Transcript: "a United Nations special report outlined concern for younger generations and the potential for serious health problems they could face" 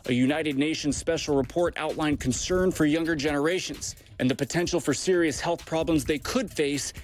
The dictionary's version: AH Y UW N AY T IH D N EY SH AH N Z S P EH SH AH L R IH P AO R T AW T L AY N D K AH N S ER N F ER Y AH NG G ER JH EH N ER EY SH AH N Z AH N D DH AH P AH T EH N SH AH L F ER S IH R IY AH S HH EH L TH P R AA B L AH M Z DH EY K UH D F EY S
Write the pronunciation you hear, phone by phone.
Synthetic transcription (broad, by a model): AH Y UW N AY T IH D N EY SH AH N Z S P EH SH L R IH P AO R T AW T L AY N K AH N S ER N F ER Y AH NG G ER JH EH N ER EY SH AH N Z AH N DH AH P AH T EH N SH L F ER S IH R IY AH S HH EH L TH P R AA B L AH M Z DH EY K UH D F EY S